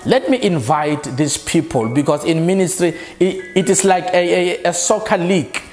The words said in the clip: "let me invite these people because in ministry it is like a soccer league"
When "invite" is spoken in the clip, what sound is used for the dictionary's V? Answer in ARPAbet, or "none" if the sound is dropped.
V